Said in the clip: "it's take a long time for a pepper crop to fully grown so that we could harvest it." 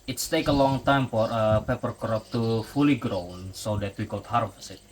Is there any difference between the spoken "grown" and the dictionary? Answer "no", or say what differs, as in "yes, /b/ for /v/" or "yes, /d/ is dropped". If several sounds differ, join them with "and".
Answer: no